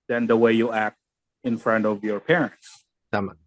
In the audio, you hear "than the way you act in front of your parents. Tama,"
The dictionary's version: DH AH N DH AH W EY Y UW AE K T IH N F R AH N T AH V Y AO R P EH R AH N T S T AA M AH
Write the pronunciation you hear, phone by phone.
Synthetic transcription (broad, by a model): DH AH N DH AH W EY Y UW AE K T IH N F R AH N T AH V Y AO R P EH R AH N T S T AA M